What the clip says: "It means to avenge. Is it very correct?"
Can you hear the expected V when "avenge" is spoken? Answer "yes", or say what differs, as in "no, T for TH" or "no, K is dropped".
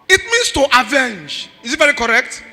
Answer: yes